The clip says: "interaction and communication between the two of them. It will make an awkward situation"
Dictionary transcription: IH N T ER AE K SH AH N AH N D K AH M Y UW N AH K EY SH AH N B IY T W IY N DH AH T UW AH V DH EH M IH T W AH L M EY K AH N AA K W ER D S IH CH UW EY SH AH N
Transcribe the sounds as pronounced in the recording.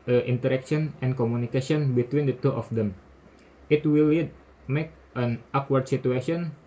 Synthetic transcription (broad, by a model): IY N T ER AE K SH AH N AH N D K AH M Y UW N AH K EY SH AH N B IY T W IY N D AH T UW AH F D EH M IH T W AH L M EY K AH N AA K W ER D S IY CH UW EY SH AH N